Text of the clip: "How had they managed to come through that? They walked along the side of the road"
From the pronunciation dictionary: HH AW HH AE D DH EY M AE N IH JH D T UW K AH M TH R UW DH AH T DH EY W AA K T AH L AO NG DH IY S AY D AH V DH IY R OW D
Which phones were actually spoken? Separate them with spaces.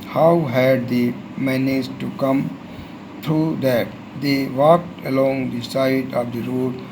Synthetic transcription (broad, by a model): HH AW HH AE D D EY M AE N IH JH T UW K AH M T R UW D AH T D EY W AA K T AH L AO NG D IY S AY D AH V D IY R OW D